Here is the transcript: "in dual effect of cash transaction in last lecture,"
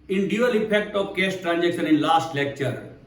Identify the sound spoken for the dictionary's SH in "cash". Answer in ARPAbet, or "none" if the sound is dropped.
S